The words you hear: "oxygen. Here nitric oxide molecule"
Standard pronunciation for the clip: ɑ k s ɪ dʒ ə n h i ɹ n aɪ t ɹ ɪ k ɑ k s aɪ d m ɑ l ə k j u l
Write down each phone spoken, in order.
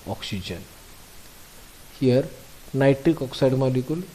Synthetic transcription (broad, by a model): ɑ k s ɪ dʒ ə n h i ɹ n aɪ t ɪ k ɑ k s aɪ d m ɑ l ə k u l